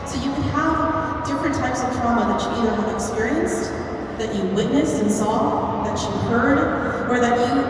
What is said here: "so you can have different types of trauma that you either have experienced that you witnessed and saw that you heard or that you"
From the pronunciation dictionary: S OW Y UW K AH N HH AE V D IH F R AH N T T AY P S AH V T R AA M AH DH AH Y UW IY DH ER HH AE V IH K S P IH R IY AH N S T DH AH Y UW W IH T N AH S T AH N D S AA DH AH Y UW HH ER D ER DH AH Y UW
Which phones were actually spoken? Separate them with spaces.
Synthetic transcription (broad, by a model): S OW Y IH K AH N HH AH V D IH F R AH N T T AY P S AH V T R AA M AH DH AH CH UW IY DH ER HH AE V IH K S P IH R IY AH N S T DH AH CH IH W IH T N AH S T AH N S AA DH AH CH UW HH ER D ER DH AH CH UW